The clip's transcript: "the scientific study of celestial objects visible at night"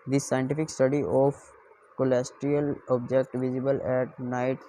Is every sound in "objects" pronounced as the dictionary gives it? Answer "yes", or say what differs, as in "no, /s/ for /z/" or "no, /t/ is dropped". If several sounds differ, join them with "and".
no, /s/ is dropped